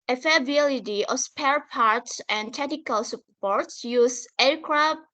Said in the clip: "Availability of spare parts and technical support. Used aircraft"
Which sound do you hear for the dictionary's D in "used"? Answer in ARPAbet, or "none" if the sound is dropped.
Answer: none